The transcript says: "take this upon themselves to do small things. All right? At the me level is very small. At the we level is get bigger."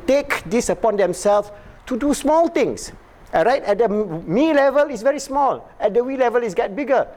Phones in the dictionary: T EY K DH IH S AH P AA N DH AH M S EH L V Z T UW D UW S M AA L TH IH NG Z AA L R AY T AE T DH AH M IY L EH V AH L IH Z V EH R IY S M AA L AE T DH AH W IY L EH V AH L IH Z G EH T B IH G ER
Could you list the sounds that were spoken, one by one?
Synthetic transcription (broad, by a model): T EY K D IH S AH P AA N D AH M S EH L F T UW D UW S M AA L T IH NG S R AY T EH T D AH M IY L EH V AH L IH S V EH R IY S M AA L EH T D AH W IY L EH V AH L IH S G EH T B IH G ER